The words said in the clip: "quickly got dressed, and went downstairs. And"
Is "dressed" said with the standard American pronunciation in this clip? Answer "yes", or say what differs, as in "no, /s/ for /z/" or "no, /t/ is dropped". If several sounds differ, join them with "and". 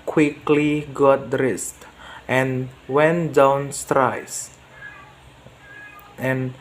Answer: yes